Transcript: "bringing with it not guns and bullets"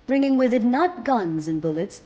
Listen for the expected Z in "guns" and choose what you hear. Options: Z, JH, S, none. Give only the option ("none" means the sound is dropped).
Z